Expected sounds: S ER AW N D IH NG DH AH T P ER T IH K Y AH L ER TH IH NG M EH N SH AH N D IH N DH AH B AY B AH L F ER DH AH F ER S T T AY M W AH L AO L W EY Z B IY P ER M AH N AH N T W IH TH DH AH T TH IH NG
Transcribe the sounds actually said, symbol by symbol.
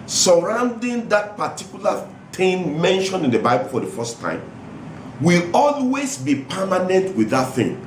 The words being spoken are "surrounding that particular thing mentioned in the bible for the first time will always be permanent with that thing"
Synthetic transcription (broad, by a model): S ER AW N D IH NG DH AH T P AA T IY K Y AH L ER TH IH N M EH N SH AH N IH N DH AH B AY B AH L F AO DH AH F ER S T T AY M W AH L AO L W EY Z B IY P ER M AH N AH N T W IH DH AH T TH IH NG